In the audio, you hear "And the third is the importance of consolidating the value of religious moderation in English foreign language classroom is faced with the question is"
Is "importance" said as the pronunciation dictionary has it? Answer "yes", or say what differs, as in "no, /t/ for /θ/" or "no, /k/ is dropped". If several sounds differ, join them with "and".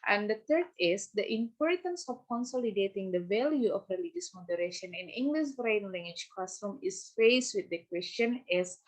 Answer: yes